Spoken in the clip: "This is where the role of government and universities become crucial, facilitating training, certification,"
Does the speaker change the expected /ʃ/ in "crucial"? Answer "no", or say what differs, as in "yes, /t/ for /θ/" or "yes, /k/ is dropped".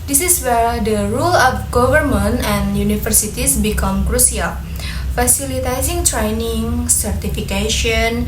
yes, /s/ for /ʃ/